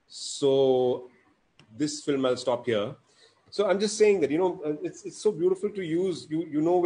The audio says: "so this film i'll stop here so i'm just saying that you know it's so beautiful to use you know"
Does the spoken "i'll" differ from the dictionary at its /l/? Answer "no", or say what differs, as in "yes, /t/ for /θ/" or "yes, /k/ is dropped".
no